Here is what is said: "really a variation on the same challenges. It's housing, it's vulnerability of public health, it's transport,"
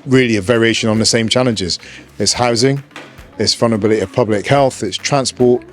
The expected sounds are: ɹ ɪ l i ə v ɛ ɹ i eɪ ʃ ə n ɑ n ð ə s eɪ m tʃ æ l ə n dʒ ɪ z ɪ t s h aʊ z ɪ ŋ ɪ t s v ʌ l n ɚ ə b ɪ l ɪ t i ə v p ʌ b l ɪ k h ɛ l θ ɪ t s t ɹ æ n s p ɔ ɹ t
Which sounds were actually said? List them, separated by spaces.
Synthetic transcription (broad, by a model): ɹ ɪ l i ə v ɛ ɹ i eɪ ʃ ə n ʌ n ð ə s eɪ m tʃ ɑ l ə n dʒ ɪ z ɪ t s h aʊ z ɪ ŋ ɪ t s f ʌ n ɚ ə b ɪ l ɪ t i ə v p ʌ b l ɪ k h ɛ l θ ɪ t s t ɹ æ n s p ɔ t